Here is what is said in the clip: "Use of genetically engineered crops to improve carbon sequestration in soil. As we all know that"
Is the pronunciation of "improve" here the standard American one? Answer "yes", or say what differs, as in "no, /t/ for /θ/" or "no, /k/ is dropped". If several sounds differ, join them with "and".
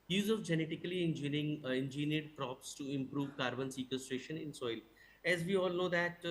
yes